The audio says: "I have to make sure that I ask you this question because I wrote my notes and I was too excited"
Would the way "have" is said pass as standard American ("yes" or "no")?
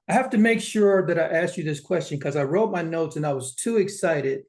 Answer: no